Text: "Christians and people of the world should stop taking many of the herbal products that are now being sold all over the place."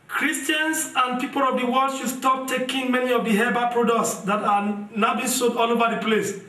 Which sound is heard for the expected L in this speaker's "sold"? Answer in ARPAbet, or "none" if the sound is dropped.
none